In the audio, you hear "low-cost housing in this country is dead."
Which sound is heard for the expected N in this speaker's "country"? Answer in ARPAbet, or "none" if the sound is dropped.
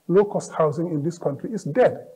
N